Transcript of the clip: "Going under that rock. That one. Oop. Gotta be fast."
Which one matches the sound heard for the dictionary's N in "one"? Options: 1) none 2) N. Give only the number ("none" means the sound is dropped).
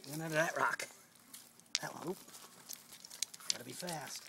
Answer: 1